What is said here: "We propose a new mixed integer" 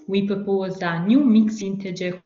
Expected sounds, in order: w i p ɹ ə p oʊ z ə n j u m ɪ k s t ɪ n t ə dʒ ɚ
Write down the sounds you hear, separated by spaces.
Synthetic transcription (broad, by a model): w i p ə p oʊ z ə n j u m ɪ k s ɪ n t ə dʒ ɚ